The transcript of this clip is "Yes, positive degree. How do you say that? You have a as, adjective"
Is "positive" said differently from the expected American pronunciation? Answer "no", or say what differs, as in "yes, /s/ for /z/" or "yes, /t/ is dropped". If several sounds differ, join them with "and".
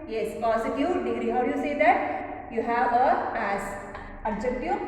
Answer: yes, /s/ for /z/